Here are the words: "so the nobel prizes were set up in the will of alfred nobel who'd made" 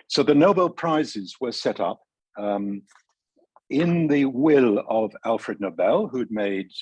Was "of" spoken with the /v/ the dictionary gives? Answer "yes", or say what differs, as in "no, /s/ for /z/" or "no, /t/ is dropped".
yes